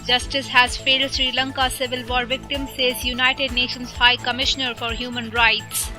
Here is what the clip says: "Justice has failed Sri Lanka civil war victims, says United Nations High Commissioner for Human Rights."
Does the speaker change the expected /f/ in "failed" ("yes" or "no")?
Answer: no